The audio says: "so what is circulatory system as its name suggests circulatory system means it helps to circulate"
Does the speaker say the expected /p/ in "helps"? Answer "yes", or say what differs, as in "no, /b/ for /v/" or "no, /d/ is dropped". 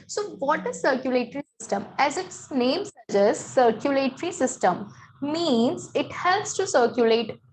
no, /p/ is dropped